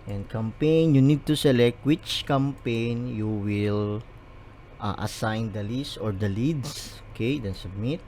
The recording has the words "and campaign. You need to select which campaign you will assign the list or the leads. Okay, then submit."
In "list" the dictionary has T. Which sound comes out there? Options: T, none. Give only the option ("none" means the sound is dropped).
none